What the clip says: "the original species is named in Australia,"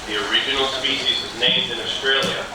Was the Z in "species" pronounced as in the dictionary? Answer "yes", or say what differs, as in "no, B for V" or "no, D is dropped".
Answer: yes